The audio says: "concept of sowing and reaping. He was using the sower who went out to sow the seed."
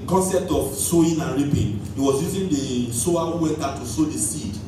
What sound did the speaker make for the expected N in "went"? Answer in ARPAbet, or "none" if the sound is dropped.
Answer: none